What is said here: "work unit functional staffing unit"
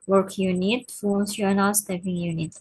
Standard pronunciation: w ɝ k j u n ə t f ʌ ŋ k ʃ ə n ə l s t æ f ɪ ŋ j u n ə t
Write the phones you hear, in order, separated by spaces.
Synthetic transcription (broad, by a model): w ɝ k j u n ə t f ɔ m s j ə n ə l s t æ p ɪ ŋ j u n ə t